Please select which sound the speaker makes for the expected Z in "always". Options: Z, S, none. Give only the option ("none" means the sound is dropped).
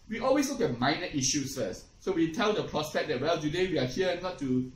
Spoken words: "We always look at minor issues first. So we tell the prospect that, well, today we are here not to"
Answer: S